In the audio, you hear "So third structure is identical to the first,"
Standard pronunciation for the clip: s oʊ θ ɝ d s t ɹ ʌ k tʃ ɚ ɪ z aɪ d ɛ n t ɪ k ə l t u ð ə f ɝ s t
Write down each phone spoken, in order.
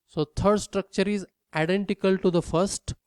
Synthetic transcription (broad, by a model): s oʊ t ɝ d s t ɹ ʌ k tʃ ɚ ɪ z aɪ d ɛ n t ɪ k ə l t u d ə f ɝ s t